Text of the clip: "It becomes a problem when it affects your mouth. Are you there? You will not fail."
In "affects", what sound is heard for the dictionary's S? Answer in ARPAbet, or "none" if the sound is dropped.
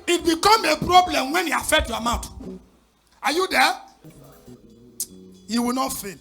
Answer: none